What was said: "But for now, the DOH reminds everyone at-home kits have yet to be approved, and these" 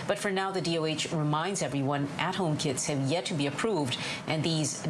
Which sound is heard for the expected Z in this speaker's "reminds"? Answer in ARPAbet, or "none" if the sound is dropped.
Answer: Z